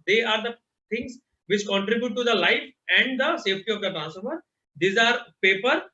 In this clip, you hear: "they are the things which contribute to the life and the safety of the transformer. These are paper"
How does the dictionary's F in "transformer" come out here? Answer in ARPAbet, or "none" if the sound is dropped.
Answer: none